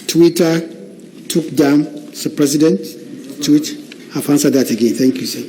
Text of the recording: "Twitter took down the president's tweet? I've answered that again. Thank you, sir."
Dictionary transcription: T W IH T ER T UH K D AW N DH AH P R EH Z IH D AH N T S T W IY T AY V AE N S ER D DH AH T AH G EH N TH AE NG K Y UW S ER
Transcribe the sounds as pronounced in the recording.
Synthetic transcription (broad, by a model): T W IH T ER T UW K D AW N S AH P R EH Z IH D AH N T T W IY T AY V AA N S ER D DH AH T AH G EH N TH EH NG K Y UW S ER